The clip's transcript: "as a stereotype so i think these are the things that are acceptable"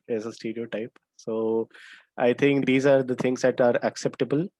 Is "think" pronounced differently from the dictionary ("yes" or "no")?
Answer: yes